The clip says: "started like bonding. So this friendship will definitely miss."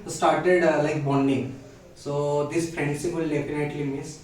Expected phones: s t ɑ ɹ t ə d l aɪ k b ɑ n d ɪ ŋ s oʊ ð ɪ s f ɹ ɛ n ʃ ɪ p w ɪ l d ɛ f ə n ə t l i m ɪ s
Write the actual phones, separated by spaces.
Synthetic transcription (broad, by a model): s t ɑ ɹ t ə d l aɪ k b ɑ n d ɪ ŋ s oʊ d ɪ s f ɹ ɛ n s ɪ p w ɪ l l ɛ p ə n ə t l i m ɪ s